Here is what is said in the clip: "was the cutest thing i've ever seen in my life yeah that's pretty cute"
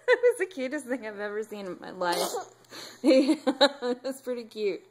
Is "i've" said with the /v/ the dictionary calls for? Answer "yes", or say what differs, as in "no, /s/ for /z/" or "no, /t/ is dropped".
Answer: yes